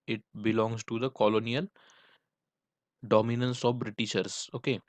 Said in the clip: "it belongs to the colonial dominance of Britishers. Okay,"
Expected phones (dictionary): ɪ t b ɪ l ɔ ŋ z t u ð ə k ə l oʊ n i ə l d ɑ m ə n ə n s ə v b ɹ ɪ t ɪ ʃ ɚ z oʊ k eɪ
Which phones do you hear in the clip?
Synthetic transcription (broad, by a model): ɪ t b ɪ l ɔ ŋ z t u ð ə k ə l oʊ n i ə l d ɑ m ə n ə n s ə v b ɹ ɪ t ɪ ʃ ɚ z oʊ k eɪ